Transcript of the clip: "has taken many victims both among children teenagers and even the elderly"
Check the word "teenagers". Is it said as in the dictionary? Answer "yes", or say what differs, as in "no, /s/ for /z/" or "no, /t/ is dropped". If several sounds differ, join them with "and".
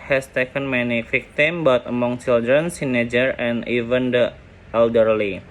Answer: no, /s/ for /t/ and /z/ is dropped